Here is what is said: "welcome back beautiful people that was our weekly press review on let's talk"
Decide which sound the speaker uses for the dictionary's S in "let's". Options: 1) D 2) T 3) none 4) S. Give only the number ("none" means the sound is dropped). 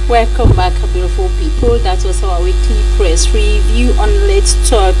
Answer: 3